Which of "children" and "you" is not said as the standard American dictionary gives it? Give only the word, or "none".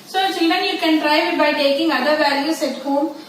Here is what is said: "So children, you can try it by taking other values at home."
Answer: none